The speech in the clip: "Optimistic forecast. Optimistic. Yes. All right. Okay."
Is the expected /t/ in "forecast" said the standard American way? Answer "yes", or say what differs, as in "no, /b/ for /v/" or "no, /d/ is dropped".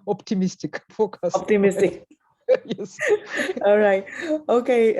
no, /t/ is dropped